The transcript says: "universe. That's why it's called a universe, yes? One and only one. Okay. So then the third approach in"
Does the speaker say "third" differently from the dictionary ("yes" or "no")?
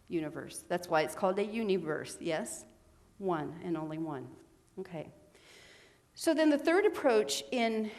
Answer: no